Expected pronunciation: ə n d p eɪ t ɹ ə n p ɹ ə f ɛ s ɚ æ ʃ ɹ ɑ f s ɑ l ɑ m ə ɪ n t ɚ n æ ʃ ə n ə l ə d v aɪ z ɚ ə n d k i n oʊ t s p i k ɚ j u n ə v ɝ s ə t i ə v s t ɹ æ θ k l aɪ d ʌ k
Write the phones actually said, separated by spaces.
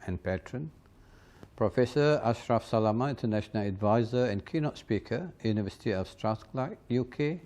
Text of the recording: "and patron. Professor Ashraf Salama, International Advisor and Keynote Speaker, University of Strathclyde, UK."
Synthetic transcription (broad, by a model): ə n p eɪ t ɹ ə n p ɹ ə f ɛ s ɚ æ ʃ ɹ ɑ f s ɑ l ɑ m ə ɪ n t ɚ n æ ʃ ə n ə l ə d v aɪ z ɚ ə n k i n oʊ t s p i k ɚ j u n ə v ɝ s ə t i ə f s t ɹ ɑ s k l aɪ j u k